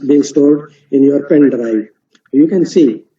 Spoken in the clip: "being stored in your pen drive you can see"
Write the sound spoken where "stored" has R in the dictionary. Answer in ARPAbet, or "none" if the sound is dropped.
L